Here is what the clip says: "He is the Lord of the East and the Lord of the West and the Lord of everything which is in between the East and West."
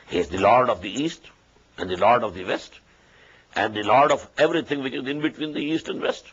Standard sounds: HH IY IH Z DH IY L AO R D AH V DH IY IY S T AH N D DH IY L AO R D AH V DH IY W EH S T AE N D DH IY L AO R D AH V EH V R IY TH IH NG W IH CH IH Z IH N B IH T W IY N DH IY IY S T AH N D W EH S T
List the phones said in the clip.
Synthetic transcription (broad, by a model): HH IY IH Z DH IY L AO R D AH V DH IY IY S T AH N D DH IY L AO R D AH V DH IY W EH S T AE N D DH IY L AO R D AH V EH V R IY T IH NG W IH CH IH Z IH N B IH T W IY N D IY IY S T AH N D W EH S T